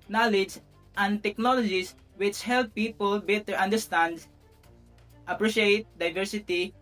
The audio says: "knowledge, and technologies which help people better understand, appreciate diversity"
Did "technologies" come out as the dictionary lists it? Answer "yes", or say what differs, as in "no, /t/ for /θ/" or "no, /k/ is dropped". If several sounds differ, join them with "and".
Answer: no, /s/ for /z/